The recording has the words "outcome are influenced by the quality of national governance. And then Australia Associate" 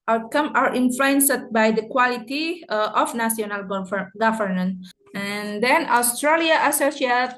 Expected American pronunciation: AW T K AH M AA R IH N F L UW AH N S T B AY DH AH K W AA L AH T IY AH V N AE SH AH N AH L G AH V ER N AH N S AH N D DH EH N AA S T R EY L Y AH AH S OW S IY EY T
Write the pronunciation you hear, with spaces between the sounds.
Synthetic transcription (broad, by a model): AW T K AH M AA R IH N F L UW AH N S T B AY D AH K W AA L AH T IY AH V N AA S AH N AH L G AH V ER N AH N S AH N D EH N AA S T R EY L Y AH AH S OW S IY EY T